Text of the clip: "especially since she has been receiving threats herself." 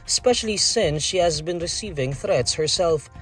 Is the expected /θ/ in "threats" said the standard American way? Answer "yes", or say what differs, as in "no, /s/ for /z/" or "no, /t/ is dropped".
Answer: yes